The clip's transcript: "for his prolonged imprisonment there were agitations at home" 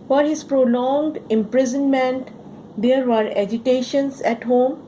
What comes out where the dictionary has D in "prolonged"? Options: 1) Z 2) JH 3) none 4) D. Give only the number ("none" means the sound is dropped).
4